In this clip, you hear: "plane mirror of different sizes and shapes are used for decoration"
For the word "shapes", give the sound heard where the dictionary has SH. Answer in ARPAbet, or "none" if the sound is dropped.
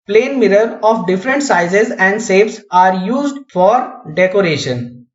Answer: S